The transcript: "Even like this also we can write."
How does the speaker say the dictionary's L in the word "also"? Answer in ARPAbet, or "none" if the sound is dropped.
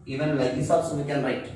none